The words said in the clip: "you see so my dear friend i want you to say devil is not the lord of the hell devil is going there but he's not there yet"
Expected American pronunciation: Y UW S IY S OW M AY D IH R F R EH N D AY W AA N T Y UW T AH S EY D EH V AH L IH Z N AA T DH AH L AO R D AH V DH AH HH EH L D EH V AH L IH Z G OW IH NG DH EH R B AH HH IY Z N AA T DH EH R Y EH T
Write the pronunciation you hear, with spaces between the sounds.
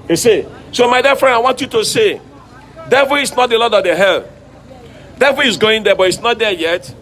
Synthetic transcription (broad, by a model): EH S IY S OW M AY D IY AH F R EH N D AY W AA N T Y UW T AH S EY D EH V AH L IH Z N AA T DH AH L AO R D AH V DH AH HH EH L D EH V AH L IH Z G OW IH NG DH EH B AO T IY S N AA T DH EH Y EH T